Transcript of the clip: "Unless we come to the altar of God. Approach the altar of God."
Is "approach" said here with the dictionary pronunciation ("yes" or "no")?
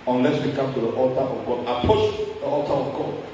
no